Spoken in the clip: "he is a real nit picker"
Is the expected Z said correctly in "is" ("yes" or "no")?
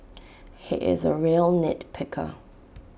yes